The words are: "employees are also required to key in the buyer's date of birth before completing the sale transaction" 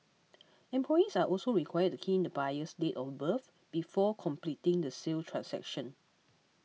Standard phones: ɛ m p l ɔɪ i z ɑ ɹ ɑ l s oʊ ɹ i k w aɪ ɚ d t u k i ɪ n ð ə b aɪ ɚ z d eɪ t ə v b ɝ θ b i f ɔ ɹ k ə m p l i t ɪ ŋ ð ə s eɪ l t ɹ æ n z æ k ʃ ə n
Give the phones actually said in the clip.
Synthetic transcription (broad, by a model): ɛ m p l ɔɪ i s ɑ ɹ ɑ l s oʊ ɹ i k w aɪ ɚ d t u k i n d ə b aɪ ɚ s d eɪ t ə f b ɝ f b i f ɔ k ə m p l i t ɪ ŋ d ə s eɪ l t ɹ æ n s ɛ k ʃ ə n